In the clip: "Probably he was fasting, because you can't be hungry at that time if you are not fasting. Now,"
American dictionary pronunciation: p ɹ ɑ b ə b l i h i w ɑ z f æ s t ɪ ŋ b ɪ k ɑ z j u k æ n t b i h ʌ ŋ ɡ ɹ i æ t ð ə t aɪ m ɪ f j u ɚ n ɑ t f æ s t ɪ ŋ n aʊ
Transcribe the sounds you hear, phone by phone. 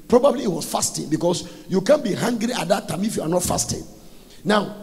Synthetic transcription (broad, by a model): p ɹ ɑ b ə b l i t w ɑ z f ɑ s t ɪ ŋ b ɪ k ɑ s j u k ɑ n b i h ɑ ŋ ɡ ɹ i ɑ t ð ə t aɪ m ɪ f j u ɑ n ɑ t f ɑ s t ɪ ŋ n aʊ